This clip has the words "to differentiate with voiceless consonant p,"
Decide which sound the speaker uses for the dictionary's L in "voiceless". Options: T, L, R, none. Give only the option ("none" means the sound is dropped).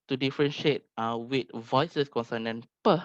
none